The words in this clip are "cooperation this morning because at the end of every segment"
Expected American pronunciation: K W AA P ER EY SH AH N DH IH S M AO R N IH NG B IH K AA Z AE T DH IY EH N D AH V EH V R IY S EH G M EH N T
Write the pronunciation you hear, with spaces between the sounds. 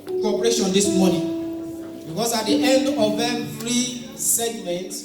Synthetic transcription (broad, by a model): K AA P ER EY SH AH N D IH S M AO N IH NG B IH K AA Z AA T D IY EH N D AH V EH F R IY S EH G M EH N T